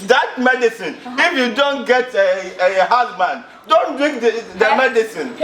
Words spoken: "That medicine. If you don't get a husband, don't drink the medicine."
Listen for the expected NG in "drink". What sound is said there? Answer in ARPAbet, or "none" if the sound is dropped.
none